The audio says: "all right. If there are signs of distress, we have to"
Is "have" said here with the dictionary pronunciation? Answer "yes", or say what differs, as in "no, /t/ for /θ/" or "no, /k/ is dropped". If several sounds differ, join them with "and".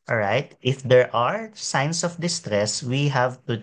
yes